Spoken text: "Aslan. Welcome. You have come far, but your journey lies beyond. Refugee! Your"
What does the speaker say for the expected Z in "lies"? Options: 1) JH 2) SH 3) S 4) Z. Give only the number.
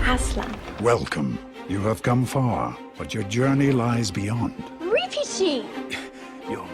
4